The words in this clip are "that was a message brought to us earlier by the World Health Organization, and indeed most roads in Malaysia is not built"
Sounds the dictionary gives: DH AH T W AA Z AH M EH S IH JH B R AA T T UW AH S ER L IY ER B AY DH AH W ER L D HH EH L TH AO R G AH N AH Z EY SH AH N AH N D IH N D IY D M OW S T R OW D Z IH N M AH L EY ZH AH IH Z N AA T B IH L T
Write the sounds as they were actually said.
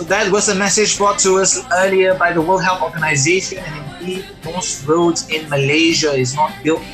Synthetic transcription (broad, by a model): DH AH T W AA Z AH M EH S IH JH B R AA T T UW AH S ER L IY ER B AY DH AH W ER L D HH EH L TH AO G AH N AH Z EY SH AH N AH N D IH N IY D M OW S T R OW D Z IH N M AH L EY ZH AH IH Z N AA T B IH L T